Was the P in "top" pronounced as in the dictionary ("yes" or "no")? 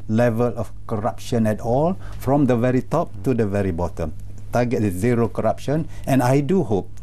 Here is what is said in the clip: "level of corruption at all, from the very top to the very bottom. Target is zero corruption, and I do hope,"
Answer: yes